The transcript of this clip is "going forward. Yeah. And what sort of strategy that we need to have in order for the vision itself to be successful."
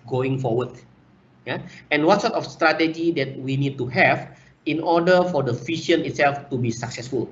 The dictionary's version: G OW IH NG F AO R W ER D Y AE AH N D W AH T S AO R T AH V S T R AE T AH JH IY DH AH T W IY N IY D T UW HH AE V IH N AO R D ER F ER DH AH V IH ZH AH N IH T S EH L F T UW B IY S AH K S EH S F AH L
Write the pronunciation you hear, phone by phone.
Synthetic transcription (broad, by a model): G OW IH NG F AO W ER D Y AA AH N W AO T S AO T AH F S T R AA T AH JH IY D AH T W IY N IY D T UW HH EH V IH N AO D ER F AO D AH F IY SH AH N IH T S EH L F T UW B IY S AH K S EH S F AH L